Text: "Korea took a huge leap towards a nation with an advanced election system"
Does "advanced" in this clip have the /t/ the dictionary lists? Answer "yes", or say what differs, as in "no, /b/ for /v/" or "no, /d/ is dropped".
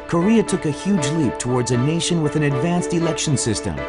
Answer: yes